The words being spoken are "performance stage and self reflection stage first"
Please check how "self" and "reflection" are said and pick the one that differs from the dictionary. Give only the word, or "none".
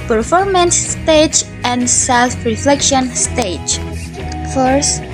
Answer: none